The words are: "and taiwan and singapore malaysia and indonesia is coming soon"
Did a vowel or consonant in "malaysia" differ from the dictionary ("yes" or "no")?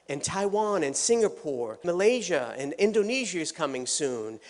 no